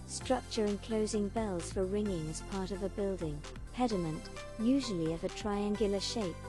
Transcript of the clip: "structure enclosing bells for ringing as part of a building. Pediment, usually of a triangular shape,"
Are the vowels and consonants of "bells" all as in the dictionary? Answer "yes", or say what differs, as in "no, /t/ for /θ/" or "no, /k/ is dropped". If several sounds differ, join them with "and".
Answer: yes